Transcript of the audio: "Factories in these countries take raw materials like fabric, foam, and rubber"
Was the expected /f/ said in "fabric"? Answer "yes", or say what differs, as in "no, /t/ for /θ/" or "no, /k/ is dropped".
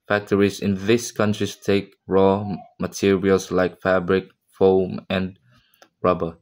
yes